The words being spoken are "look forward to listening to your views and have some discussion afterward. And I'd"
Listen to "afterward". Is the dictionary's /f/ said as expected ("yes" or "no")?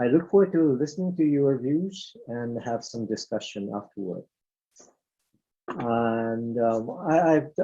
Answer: yes